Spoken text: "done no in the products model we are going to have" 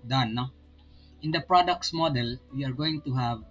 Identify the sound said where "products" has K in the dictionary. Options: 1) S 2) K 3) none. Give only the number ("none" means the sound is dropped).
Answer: 2